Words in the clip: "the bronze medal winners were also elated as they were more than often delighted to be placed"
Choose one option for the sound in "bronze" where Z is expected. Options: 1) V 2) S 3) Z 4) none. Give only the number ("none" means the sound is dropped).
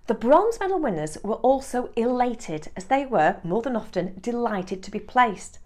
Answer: 3